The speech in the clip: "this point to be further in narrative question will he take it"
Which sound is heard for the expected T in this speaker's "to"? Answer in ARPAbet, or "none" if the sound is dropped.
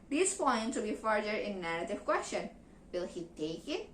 S